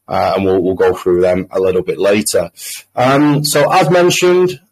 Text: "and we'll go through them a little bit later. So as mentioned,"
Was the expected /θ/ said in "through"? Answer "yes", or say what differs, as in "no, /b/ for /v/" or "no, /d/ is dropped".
yes